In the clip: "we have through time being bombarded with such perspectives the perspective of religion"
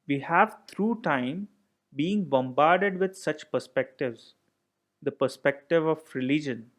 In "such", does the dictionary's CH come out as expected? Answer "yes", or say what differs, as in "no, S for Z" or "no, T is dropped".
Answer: yes